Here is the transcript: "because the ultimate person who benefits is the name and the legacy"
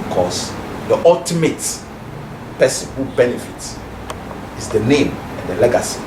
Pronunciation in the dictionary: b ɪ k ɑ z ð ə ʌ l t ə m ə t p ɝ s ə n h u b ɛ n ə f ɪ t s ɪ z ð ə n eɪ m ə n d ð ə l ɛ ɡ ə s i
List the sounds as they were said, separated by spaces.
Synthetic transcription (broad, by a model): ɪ k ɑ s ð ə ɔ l t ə m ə t p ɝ s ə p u b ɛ n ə f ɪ t ɪ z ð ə n eɪ m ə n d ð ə l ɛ ɡ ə s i